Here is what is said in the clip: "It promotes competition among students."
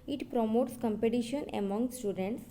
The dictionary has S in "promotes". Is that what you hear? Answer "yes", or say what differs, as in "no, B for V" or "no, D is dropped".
yes